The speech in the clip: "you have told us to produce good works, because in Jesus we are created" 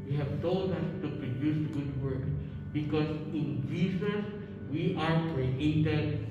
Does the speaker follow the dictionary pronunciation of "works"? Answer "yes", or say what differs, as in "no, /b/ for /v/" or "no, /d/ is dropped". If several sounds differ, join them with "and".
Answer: no, /s/ is dropped